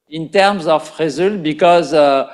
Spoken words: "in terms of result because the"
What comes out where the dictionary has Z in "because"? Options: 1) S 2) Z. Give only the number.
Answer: 2